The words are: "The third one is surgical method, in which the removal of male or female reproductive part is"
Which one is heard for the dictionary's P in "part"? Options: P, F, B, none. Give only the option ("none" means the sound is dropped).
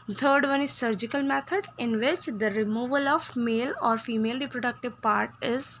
P